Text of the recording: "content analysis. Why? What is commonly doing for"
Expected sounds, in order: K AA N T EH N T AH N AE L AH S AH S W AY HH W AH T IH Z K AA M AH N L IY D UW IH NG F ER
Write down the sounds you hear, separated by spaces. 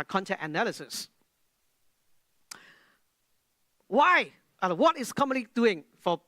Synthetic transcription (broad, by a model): K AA N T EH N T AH N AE L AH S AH S W AY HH W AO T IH S K AA M AH N L IY D UW IH NG F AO